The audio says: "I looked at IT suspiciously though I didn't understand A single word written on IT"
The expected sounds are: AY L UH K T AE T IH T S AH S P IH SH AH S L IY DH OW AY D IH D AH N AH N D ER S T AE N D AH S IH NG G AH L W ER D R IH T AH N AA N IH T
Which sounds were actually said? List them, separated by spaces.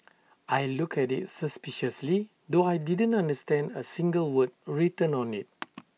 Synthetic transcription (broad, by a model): AY L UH K EH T IH T S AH S P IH SH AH S L IY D OW AY D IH D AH N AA N D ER S T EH N D AH S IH NG G AH L W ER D R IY T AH N AA N IH T